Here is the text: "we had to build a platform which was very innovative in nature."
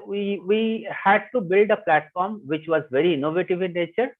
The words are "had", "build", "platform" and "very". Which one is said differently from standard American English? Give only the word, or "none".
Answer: none